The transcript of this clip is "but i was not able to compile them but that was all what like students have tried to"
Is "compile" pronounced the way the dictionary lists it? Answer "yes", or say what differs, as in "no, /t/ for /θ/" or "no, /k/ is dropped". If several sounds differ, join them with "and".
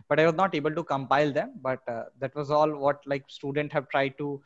yes